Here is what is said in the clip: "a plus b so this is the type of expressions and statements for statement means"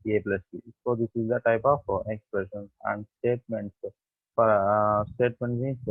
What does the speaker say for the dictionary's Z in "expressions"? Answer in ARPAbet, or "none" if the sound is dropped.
none